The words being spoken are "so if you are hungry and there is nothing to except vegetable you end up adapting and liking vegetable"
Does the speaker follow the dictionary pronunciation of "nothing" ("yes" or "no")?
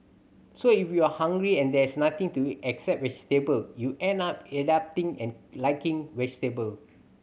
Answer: no